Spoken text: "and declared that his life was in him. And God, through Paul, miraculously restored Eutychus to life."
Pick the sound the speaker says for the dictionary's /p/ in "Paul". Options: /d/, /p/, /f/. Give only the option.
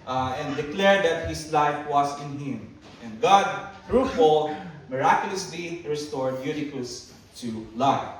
/f/